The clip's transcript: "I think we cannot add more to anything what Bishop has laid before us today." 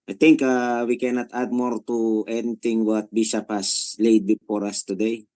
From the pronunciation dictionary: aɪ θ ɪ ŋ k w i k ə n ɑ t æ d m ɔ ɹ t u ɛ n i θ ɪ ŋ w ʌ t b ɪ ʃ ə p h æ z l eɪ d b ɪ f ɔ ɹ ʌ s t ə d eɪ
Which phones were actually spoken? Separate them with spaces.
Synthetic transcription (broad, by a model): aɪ t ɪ ŋ k w i k ə n ɑ t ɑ d m ɔ ɹ t u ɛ n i t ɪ ŋ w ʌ t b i s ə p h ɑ s l eɪ d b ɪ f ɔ ɹ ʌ s t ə d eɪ